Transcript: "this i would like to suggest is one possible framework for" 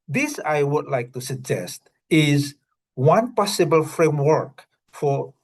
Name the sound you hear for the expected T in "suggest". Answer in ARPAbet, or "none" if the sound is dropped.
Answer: T